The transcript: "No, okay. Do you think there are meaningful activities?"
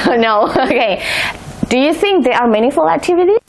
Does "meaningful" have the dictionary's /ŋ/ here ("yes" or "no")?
no